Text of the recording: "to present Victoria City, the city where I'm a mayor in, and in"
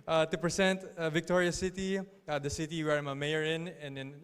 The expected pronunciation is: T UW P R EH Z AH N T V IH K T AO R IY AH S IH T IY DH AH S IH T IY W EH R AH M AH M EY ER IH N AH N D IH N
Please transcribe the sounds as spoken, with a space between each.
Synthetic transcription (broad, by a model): T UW P R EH S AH N T V IH K T AO R IY AH S IH T IY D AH S IH T IY W EH R AH M AH M EY ER IH N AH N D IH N